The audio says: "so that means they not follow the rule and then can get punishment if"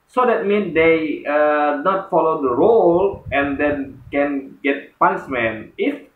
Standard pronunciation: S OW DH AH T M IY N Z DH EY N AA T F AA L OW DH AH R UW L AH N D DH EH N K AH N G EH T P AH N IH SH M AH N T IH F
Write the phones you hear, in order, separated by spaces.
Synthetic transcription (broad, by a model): S OW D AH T M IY N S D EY N AA T F AA L OW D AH R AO L AH N D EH N K AH N G EH T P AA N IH S M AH N IH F